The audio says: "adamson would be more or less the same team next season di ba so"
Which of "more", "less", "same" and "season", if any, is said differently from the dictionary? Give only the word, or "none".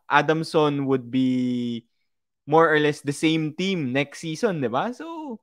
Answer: season